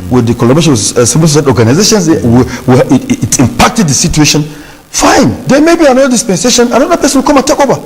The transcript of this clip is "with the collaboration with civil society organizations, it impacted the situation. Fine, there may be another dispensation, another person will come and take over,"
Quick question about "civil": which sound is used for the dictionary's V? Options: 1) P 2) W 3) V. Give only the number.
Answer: 1